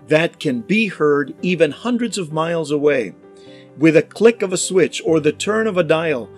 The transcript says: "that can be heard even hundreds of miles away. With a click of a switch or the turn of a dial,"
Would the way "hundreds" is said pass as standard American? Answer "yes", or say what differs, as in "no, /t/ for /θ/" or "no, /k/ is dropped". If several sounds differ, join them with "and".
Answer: yes